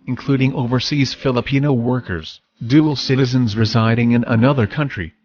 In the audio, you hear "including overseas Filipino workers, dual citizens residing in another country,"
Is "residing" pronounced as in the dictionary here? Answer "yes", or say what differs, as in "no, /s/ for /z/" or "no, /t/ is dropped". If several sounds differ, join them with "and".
yes